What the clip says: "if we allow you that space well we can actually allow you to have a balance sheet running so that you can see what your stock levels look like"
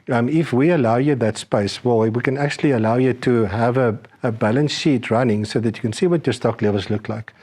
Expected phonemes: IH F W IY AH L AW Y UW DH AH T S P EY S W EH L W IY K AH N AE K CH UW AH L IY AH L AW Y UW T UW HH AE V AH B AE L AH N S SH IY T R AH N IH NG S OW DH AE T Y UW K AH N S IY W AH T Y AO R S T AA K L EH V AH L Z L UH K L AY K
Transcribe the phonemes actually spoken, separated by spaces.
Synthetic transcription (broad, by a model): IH F W IY AH L AW Y UW DH AH T S P EY S W EH L W IY K AH N AE K CH UW AH L IY AH L AW Y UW T UW HH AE V AH B AE L AH N S SH IY T R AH N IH NG S OW DH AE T Y UW K AH N S IY W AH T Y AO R S T AA K L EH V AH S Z L UH K L AY K